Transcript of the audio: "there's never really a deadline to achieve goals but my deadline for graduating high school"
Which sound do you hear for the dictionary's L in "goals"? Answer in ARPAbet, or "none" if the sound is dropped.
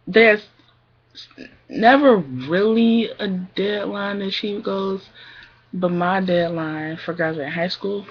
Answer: none